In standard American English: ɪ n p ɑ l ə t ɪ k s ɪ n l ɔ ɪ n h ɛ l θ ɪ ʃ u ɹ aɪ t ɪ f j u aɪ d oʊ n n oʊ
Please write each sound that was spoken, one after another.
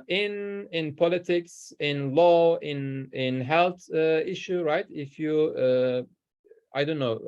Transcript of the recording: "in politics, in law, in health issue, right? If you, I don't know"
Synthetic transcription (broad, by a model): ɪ n p ɑ l ə t ɪ k s ɪ n l ɔ ɪ n h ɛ l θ ɪ ʃ u ɹ aɪ t ɪ f j u aɪ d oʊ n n oʊ